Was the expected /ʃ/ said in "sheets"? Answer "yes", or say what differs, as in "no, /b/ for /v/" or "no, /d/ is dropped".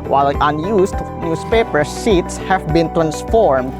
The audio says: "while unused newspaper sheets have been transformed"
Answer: no, /s/ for /ʃ/